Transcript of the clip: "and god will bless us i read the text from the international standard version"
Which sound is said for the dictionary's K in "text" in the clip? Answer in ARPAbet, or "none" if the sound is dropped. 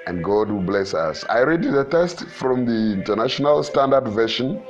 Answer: none